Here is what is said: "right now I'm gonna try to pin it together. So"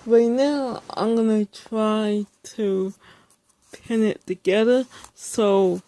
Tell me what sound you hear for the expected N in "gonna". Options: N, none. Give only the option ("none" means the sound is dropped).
N